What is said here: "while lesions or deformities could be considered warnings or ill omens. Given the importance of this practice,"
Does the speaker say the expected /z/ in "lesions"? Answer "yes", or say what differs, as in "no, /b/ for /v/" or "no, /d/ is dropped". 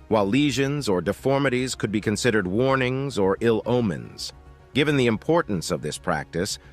yes